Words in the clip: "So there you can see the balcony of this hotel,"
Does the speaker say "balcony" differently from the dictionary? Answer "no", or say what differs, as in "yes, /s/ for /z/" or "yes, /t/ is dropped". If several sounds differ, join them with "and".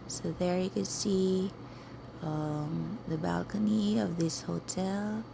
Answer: no